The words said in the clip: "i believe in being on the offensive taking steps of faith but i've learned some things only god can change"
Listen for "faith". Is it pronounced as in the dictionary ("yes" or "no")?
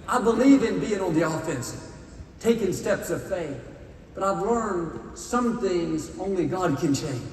yes